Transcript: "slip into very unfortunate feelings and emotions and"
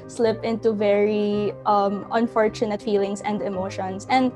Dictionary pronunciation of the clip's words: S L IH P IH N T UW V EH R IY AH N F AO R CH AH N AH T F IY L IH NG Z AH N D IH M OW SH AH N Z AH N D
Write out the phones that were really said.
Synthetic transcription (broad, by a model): S L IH P IH N T UW V EH R IY AH N F AO R CH AH N AH T F IY L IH NG S AH N D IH M OW SH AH N S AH N D